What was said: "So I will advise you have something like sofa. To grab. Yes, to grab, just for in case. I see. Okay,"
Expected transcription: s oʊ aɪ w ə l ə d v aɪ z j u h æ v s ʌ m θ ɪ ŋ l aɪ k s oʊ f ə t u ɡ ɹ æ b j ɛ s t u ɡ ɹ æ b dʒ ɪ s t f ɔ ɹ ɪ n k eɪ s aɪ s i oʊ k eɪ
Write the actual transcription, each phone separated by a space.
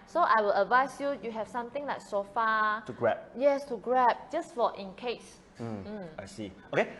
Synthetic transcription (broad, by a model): s oʊ aɪ w ə l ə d v aɪ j j u h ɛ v s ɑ m t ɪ ŋ l aɪ k s oʊ f ə t u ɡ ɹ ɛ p j ɛ s t u ɡ ɹ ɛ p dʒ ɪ s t f ɔ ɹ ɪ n k eɪ s aɪ s i oʊ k eɪ